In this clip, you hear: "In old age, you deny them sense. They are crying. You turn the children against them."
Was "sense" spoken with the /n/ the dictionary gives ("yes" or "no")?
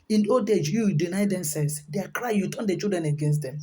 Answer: no